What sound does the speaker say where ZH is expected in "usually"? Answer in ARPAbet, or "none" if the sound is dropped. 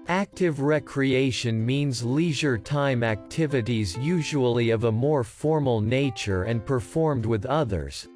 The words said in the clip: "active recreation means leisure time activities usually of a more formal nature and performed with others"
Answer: ZH